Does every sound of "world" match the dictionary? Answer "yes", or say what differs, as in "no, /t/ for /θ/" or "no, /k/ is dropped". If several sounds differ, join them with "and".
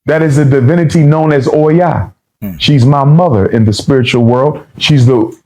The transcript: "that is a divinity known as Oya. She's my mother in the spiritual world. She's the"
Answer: yes